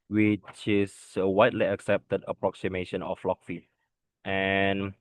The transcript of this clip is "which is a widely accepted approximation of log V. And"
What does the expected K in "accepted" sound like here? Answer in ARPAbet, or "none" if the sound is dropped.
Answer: K